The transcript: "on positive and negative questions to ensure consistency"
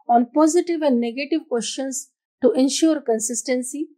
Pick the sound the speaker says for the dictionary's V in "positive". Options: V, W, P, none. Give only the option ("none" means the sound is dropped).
V